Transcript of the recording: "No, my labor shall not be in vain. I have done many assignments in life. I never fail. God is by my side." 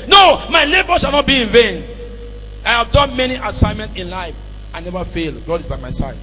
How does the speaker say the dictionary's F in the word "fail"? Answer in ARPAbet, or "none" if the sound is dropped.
F